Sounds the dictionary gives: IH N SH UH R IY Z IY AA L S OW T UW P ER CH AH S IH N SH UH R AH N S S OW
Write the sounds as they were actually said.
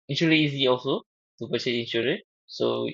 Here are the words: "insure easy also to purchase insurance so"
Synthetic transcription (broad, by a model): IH N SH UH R IY Z IY AA L S OW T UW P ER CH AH IH N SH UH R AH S S OW